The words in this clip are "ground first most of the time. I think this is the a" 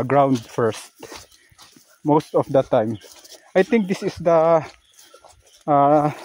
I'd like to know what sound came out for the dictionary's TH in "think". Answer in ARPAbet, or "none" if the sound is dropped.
T